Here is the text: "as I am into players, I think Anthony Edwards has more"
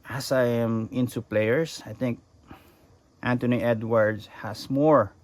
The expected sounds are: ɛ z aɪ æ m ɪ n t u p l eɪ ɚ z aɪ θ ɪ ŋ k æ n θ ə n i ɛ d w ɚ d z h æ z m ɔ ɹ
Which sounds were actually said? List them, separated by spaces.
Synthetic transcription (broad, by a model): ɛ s aɪ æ m ɪ n t u p l eɪ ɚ s aɪ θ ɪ ŋ k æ n t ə n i ɛ d w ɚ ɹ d h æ s m ɔ ɹ